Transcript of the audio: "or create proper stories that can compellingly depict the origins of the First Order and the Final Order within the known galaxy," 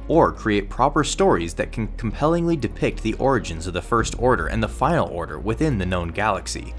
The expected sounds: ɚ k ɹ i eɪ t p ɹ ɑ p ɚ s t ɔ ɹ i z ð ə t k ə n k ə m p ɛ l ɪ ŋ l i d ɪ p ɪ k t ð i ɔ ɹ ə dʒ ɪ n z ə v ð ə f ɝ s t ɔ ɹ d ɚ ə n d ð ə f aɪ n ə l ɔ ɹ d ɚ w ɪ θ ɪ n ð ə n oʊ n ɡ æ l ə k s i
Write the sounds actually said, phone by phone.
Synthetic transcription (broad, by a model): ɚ k ɹ i eɪ t p ɹ ɑ p ɚ s t ɔ ɹ i z ð ə t k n k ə m p ɛ l ɪ ŋ l i d ɪ p ɪ k t ð i ɔ ɹ ə dʒ ɪ n z ə v ð ə f ɝ s t ɔ ɹ d ɚ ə n ð ə f aɪ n l ɔ ɹ d ɚ w ɪ θ ɪ n ð ə n oʊ n ɡ æ l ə k s i